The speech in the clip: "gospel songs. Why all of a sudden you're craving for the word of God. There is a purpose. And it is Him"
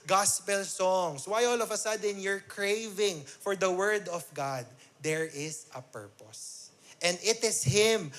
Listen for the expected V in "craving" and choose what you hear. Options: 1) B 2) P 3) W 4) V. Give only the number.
4